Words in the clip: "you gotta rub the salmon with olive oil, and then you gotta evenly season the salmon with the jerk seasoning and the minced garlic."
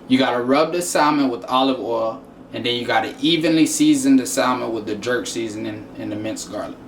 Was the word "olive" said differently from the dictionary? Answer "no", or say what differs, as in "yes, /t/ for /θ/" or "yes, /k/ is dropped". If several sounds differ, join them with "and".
no